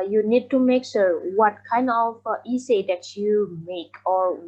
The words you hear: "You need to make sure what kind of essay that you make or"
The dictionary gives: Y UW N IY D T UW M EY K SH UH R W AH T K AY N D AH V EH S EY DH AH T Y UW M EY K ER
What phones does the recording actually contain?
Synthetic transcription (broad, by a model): Y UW N IY D T UW M EY K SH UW R W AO T K AY N D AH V EH S EY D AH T Y UW M EY K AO